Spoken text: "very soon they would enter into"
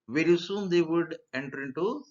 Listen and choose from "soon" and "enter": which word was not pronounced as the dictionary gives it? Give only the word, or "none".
none